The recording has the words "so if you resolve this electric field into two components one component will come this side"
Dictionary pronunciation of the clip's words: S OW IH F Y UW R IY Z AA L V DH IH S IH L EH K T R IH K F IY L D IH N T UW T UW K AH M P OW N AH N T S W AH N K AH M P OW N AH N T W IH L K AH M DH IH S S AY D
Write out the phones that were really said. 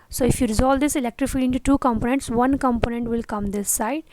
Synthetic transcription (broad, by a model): S OW IH F Y UW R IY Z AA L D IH S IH L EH K T R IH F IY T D IH N T UW T UW K AH M P OW N AH N T S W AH N K AH M P OW N AH N T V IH L K AH M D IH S S AY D